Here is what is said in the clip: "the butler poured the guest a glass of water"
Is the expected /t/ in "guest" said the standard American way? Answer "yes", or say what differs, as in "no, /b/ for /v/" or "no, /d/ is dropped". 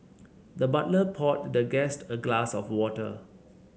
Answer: yes